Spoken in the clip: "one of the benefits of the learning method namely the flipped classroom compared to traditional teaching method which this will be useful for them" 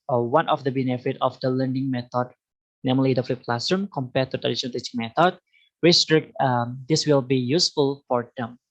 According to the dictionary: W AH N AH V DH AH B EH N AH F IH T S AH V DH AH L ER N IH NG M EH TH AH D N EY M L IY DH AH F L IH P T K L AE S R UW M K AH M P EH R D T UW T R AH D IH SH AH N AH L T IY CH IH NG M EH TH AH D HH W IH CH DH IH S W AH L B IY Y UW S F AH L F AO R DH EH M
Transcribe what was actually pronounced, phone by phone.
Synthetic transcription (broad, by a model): W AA N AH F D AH B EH N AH F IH T AH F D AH L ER N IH NG M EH T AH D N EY M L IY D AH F L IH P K L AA S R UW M K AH M P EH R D T UW T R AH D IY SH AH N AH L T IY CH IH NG M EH T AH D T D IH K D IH S W AH L B IY Y UW S F AH L F AO R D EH M